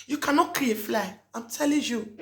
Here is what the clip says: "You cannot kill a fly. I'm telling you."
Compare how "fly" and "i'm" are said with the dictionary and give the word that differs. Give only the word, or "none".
none